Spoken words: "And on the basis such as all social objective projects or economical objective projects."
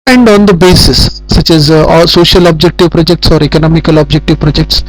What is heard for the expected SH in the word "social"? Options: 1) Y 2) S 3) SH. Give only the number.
3